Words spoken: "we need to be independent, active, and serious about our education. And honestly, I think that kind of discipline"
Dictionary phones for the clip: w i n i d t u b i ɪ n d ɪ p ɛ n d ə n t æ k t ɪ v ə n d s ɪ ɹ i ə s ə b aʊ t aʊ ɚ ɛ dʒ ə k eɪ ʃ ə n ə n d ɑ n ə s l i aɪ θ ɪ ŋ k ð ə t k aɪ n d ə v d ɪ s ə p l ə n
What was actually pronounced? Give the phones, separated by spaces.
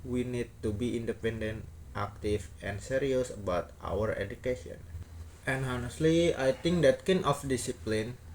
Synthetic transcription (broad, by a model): w i n i d t u b i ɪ n d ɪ p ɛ n d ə n t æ k t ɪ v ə n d s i ɹ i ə s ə b aʊ t aʊ ɚ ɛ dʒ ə k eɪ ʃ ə n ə n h ɑ n ə s l i aɪ t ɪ ŋ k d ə t k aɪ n ə f d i s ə p l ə n